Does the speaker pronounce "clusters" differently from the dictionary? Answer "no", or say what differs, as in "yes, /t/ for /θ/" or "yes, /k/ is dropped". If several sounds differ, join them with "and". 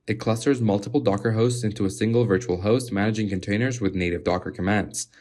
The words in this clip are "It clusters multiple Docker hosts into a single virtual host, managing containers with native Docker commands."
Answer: no